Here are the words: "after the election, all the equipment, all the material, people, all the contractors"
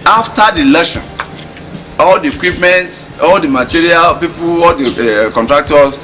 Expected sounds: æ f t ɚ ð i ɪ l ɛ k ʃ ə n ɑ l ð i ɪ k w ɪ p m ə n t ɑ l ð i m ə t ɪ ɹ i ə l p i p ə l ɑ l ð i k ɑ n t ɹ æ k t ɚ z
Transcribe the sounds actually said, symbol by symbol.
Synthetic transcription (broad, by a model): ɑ f t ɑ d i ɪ l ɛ ʃ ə n ɑ l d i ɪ k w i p m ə n t ɑ l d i m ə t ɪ ɹ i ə l p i p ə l ɑ l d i k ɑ n t ɹ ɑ k t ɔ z